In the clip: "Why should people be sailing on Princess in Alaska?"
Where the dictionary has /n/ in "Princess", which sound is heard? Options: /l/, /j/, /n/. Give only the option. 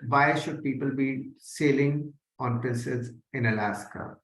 /l/